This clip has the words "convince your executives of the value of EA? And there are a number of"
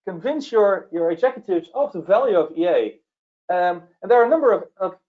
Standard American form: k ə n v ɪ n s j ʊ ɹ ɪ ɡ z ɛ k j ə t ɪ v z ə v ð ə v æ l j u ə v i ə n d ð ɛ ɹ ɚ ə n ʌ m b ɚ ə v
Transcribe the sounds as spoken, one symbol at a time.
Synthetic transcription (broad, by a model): k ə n v ɪ n s j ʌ ɹ ɪ ɡ z ɛ k j ə t ɪ v z ə v ð ə v æ l j u ə v i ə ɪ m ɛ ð ɚ ə n ʌ m b ɚ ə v